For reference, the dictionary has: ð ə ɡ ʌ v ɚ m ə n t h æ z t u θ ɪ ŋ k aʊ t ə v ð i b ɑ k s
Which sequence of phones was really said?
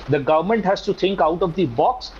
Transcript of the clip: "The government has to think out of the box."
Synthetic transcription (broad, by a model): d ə ɡ ʌ v ɚ m ə n t h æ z t u t ɪ ŋ k aʊ t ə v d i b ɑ k s